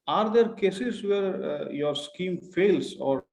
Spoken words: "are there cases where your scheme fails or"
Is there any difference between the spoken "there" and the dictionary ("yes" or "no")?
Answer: no